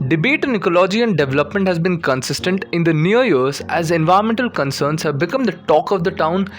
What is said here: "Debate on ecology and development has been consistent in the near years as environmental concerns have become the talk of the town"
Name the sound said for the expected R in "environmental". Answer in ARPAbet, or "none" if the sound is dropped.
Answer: none